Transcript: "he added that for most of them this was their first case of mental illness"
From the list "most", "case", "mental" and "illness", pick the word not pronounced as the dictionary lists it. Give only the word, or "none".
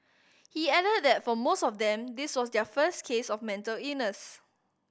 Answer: illness